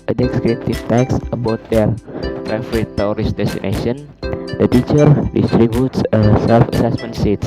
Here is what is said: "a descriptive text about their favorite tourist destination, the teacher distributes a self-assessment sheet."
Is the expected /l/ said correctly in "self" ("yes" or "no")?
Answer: yes